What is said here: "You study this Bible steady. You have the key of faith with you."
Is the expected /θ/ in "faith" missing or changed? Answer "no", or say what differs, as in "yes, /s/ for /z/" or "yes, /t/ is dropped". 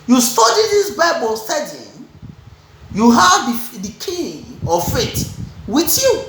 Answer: yes, /t/ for /θ/